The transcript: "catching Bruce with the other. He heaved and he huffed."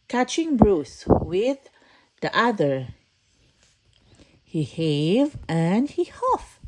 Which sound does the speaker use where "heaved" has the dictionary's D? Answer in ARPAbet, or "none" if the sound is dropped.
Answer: none